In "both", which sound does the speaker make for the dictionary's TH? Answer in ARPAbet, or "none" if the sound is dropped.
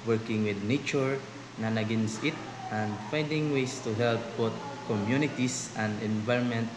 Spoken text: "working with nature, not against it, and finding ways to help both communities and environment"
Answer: T